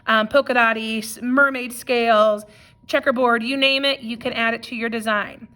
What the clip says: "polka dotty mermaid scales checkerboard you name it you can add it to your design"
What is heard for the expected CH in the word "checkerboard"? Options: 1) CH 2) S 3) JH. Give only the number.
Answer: 1